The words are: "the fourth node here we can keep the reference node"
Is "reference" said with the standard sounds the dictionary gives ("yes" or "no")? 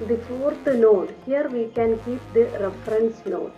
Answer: yes